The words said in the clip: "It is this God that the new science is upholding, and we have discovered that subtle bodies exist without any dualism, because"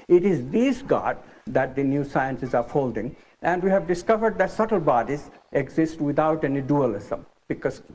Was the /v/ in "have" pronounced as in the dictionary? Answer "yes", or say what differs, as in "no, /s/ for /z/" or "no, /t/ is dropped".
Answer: yes